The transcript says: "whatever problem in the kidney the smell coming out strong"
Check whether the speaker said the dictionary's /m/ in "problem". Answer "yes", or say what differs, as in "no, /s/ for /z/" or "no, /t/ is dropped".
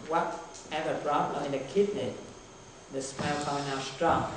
no, /m/ is dropped